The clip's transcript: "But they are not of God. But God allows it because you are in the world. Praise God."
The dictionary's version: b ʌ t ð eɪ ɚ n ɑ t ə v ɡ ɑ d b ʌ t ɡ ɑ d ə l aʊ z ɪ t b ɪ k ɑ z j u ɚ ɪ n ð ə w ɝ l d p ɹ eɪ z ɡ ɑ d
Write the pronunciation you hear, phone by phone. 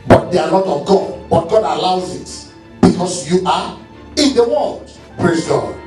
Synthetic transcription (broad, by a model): b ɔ t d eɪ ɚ l ɑ t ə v ɡ ɑ d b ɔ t ɡ ɑ d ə l aʊ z ɪ t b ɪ k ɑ s j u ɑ ɪ n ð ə w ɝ l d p ɹ eɪ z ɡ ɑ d